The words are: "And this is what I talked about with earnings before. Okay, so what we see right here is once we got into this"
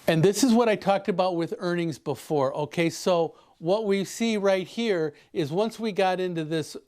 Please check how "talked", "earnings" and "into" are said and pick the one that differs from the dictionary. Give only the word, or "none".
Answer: none